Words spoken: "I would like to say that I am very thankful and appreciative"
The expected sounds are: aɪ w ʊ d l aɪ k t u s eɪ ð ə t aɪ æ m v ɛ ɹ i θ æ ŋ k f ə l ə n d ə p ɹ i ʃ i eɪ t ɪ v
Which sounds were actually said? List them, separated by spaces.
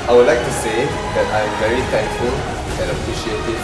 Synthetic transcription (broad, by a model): aɪ w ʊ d l aɪ k t u s eɪ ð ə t aɪ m v ɛ ɹ i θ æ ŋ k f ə l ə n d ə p ɹ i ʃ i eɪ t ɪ